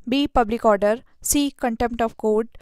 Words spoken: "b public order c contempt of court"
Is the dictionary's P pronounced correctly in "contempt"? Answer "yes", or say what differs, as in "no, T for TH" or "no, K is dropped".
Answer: yes